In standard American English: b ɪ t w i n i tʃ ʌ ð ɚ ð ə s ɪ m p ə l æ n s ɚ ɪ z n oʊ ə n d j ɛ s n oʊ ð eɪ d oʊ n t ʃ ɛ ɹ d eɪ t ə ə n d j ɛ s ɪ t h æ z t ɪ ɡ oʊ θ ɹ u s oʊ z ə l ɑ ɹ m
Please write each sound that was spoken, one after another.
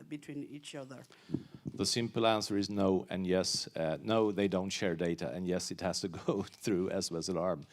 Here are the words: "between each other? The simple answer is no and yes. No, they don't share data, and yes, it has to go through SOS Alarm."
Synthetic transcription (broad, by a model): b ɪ t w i n i tʃ ʌ ð ɚ ð ə s ɪ m p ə l æ n s ɚ ɪ z n oʊ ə n j ɛ s n oʊ ð eɪ d oʊ n t ʃ ɛ ɹ d eɪ t ə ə n j ɛ s ɪ t h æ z t ɪ ɡ oʊ θ ɹ u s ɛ s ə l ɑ ɹ m